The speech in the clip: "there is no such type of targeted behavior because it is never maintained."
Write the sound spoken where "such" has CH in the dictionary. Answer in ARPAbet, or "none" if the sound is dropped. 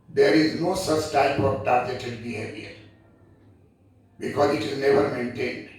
CH